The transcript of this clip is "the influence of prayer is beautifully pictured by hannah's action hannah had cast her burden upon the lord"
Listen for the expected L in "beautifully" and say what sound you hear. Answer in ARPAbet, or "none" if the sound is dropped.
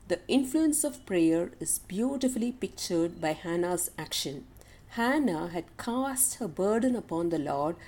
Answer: L